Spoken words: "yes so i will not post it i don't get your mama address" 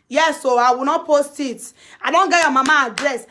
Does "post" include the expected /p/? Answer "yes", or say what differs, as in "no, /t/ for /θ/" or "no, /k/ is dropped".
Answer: yes